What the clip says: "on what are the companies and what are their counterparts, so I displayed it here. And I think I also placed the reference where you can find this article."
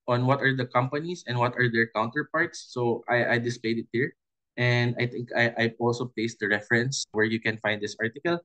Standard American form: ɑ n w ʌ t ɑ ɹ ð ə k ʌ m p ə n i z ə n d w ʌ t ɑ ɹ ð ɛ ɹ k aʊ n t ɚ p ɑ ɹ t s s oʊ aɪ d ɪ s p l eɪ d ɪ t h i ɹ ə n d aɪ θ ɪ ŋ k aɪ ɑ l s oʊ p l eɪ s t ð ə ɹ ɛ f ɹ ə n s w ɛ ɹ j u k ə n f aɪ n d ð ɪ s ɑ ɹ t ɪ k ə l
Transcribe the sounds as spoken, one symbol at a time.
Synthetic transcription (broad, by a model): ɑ n w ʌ t ɑ ɹ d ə k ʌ m p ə n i s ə n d w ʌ t ɑ ɹ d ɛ ɹ k aʊ n t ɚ p ɑ ɹ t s s oʊ aɪ d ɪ s p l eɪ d ɪ t h i ɹ ə n d aɪ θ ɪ ŋ k aɪ ɑ l s oʊ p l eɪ s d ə ɹ ɛ f ɹ ə n s w ɛ ɹ j u k ə n f aɪ n d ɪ s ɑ ɹ t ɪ k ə l